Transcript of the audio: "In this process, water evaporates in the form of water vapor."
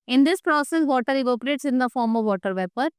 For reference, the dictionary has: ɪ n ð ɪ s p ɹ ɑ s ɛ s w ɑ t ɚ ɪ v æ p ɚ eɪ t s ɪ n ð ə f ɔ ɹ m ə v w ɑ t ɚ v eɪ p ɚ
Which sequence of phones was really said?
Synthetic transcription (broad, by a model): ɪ n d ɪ s p ɹ ɑ s ɛ s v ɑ t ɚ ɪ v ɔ p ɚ eɪ t s ɪ n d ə f ɔ ɹ m ə v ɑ t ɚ v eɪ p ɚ